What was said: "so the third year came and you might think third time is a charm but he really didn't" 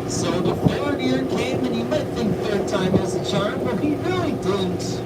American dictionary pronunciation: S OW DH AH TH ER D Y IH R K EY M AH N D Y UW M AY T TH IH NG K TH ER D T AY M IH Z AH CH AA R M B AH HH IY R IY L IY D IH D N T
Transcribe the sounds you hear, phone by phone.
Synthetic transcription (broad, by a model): S OW DH AH F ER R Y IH R K EY M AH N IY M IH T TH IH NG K TH ER D T AY M IH Z AH CH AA R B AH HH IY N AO IY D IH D N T